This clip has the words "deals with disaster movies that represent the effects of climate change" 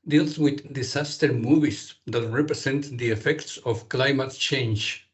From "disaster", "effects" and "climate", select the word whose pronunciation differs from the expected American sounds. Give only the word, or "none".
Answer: disaster